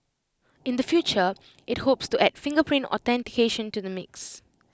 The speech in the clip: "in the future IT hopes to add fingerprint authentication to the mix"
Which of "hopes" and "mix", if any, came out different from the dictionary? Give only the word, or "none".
none